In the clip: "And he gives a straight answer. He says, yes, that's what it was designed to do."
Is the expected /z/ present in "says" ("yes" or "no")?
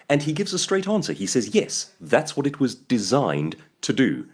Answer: yes